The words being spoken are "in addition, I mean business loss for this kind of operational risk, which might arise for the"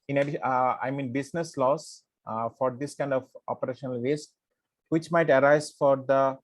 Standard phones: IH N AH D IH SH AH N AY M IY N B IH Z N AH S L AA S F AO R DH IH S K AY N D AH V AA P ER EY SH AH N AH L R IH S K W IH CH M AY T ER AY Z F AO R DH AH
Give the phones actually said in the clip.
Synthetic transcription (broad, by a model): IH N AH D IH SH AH IH M IY N B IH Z N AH S L AA S F AO R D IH S K AY N D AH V AA P ER EY SH AH N AH L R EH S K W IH CH M AY T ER AY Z F AO R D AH